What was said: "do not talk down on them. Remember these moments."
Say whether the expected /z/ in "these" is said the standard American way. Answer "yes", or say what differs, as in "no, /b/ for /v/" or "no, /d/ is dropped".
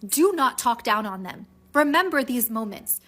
yes